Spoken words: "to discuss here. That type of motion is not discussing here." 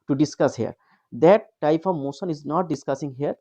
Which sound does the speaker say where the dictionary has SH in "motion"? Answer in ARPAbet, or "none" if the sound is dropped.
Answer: S